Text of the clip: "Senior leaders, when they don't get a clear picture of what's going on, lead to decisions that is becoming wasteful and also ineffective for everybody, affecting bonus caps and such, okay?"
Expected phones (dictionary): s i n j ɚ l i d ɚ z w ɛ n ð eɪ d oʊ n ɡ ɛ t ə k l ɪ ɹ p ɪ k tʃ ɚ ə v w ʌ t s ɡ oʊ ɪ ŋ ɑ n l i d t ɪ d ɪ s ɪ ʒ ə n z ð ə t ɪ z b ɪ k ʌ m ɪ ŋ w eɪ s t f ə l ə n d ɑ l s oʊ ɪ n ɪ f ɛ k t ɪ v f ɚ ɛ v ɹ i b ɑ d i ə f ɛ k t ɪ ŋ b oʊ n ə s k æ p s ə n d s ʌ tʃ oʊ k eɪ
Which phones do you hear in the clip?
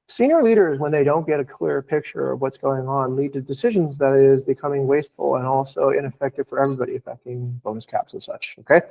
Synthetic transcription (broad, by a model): s i n j ɚ l i d ɚ z w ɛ n ð eɪ d oʊ n ɡ ɛ t ə k l ɪ ɹ p ɪ k tʃ ɚ ə v w ʌ t s ɡ oʊ ɪ ŋ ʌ n l i d t ɪ d ɪ s ɪ ʒ ə n z ð ə t ɪ z b ɪ k ʌ m ɪ ŋ w eɪ s t f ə l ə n ɑ l s oʊ ɪ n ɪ f ɛ k t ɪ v f ɚ ɛ v ɹ i b ɑ d i ə f ɛ k t ɪ ŋ b oʊ n ə s k æ p s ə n s ʌ tʃ oʊ k eɪ